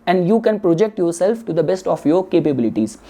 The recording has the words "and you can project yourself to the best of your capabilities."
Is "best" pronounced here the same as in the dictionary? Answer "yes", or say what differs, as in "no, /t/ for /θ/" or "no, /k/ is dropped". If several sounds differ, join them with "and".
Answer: yes